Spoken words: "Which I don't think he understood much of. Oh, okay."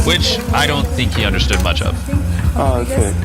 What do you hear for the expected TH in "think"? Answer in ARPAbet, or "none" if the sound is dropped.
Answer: TH